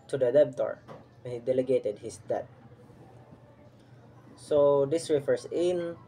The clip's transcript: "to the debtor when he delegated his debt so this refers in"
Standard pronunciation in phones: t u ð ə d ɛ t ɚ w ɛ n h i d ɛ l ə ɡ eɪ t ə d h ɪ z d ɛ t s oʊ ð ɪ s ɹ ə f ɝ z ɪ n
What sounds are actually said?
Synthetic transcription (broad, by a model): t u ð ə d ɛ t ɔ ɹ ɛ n h i d ɛ l ə ɡ eɪ t ə d h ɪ s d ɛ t s oʊ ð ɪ s ɹ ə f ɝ s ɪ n